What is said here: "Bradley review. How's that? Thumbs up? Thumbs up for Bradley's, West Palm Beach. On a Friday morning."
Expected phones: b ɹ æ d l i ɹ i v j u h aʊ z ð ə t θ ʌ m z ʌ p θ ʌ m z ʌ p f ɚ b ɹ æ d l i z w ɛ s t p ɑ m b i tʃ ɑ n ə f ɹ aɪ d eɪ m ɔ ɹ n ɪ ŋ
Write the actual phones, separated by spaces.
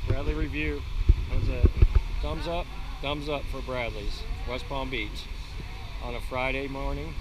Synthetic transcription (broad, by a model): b ɹ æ d l i ɹ i v j u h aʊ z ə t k ʌ m z ʌ p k ʌ m z ʌ p f ɚ b ɹ æ d l i z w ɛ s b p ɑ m b i tʃ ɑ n ə f ɹ aɪ d eɪ m ɔ ɹ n ɪ ŋ